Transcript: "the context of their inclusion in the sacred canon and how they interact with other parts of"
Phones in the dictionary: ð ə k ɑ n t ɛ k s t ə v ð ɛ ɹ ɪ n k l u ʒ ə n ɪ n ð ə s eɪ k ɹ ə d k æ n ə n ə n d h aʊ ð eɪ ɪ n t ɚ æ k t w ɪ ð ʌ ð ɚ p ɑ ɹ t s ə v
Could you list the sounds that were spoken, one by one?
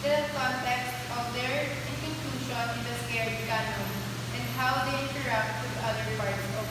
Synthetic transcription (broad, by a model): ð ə k ɑ n t ɛ k s t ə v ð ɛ ɹ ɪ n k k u ʃ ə n ɪ n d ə s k ə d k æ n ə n ə n d h aʊ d eɪ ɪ n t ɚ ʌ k t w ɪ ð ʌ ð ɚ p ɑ ɹ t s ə